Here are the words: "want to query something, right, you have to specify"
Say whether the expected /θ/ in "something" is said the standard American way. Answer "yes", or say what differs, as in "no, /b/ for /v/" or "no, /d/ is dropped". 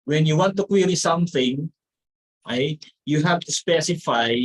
yes